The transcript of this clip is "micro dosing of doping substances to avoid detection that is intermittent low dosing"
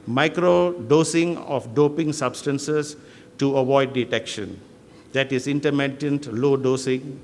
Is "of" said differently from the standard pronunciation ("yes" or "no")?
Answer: yes